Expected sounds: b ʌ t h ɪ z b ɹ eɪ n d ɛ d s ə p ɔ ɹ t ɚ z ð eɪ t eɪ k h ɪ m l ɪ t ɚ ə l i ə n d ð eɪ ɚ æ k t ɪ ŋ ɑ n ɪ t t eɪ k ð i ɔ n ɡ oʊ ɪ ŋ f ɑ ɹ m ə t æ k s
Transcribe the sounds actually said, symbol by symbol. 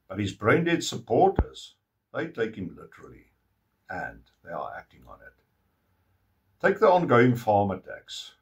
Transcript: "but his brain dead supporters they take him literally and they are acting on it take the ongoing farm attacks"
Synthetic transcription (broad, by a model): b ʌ t h ɪ z b ɹ eɪ n d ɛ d s ə p ɔ ɹ t ɚ z ð eɪ t eɪ k h ɪ m l ɪ t ɚ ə l i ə n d ð eɪ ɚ æ k t ɪ ŋ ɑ n ɪ t t eɪ k ð i ɔ n ɡ oʊ ɪ ŋ f ɑ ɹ m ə t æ k s